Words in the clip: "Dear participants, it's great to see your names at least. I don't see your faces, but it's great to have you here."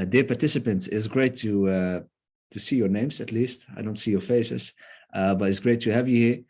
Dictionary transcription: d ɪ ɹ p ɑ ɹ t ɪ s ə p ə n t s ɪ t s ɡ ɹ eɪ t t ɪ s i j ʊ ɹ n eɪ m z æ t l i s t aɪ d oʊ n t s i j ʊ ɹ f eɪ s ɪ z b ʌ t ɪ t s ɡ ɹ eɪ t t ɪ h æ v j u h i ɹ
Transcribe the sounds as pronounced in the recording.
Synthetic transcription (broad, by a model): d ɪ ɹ p ɑ ɹ t ɪ s ə p ə n t s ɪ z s ɡ ɹ eɪ t t ɪ s i j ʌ ɹ n eɪ m z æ t l i s t aɪ d oʊ n t s i j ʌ ɹ f eɪ s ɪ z b ʌ t ɪ t s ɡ ɹ eɪ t t ɪ h æ v j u h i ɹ